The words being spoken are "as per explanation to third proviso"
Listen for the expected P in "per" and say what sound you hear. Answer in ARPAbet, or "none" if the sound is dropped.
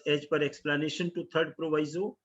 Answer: P